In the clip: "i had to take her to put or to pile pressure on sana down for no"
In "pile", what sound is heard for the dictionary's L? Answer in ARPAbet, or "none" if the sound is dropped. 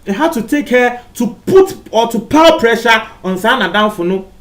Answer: W